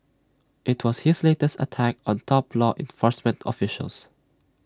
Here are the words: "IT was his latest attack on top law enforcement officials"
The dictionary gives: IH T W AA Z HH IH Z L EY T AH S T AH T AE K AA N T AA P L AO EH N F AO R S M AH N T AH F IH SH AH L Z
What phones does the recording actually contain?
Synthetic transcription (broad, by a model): IH T W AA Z HH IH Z L EY T AH S T AH T AE K AA N T AA P L AO EH N F AO R S M AH N T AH F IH SH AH L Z